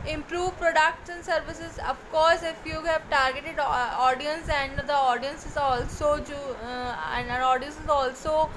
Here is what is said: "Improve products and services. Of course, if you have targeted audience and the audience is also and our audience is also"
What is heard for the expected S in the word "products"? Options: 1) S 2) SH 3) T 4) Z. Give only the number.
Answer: 2